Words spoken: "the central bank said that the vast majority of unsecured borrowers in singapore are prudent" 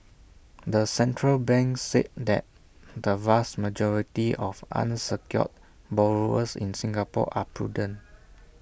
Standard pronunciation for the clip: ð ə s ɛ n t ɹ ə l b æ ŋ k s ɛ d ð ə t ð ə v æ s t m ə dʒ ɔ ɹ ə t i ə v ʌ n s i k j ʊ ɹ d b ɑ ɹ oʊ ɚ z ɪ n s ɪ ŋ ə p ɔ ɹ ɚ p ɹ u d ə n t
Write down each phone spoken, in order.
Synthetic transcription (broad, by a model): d ə s ɛ n t ɹ ə l b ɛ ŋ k s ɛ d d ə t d ə v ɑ s t m ə dʒ ɔ ɹ ə t i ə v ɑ n s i k j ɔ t b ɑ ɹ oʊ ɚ s ɪ n s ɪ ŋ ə p ɔ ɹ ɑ p ɹ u d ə n